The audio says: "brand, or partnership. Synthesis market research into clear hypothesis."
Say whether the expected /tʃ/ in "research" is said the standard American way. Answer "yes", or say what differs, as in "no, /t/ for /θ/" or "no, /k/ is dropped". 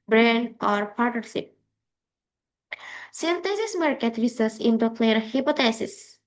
no, /s/ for /tʃ/